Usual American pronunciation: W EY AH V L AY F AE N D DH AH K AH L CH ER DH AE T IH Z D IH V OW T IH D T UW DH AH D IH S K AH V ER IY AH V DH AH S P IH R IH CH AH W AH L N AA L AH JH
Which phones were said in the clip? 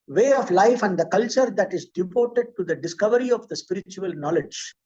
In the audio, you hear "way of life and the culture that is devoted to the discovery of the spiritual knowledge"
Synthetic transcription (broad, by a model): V EY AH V L AY F AE N D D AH K AH L CH ER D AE T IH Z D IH P OW T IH D T UW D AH D IH S K AH V ER IY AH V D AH S P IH R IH CH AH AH L N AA L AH JH